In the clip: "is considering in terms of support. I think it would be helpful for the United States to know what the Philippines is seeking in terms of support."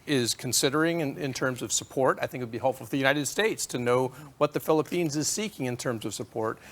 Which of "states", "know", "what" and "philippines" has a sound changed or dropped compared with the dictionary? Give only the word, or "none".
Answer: none